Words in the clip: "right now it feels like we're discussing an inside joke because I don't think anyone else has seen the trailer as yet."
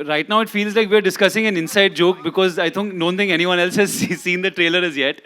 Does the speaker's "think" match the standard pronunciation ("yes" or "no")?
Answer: no